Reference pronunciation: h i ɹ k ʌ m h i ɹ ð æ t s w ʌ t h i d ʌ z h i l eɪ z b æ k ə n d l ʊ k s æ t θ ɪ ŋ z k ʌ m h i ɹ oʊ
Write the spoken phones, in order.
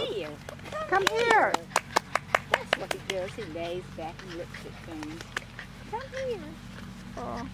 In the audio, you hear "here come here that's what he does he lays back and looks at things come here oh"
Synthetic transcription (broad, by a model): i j k ʌ m h i ɹ ð æ t s w ʌ t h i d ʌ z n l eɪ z b æ k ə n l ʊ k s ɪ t f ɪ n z k ʌ m h i ɹ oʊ